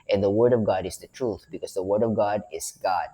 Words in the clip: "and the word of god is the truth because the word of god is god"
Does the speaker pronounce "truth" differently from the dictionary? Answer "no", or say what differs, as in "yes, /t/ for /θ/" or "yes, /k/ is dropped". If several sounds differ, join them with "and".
no